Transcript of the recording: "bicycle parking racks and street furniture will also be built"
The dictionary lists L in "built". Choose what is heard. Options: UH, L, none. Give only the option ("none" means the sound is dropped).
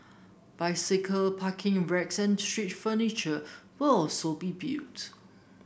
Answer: none